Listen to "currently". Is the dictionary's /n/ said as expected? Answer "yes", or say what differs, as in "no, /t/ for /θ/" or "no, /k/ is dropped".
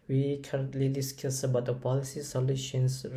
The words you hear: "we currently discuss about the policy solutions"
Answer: yes